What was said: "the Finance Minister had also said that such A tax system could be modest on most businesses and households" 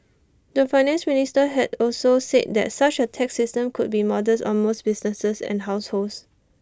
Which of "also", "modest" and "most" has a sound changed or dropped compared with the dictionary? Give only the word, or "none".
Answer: modest